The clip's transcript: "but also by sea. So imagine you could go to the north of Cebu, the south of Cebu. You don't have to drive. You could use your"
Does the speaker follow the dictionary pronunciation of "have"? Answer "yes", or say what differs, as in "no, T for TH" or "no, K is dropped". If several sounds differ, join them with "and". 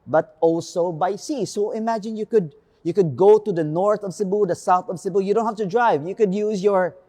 no, F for V